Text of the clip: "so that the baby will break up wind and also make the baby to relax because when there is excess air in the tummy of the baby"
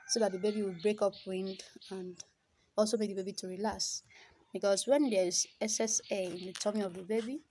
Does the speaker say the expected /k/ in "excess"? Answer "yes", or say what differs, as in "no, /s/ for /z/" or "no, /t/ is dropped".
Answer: no, /k/ is dropped